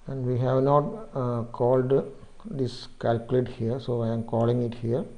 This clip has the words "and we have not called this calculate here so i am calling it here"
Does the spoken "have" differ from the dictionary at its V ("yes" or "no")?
no